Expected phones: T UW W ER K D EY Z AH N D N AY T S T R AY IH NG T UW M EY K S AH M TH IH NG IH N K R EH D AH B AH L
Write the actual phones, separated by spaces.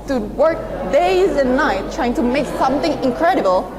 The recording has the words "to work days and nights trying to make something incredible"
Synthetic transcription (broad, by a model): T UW W ER K D EY Z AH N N AY T T R AY IH NG T UW M EY K S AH M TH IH NG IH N K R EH D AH B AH L